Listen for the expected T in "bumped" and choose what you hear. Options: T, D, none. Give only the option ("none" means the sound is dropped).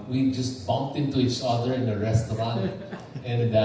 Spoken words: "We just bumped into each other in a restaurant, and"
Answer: T